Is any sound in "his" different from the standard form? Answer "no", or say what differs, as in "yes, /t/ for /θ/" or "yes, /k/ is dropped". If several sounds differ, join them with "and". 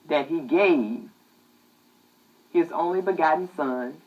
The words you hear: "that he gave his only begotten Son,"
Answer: no